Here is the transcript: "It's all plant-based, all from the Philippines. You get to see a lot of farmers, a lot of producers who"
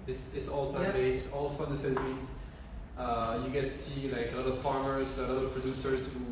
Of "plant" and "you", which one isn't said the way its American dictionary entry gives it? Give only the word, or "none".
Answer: plant